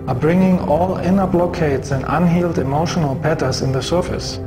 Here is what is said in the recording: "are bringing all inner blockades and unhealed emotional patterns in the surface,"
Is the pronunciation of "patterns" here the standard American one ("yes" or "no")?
no